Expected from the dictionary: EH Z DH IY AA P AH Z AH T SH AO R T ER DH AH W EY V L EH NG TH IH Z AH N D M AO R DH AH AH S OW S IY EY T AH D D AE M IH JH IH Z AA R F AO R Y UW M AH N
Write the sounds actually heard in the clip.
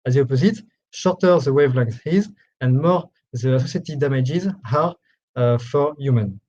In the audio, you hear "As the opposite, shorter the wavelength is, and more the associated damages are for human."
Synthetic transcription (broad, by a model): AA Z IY AA P AH Z AH T SH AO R T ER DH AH W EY V L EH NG S IH Z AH N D M AO R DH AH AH S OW S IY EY T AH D D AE M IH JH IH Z AA R F AO R Y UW M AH N